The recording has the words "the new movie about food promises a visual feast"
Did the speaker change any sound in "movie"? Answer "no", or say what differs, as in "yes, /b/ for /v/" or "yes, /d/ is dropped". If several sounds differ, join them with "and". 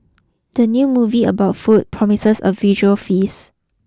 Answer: no